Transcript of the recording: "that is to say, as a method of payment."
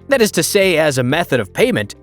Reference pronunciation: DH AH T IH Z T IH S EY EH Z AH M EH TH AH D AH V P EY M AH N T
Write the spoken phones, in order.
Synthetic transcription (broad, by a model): DH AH T IH Z T IH S EY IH Z AH M EH TH AH D AH V P EY M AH N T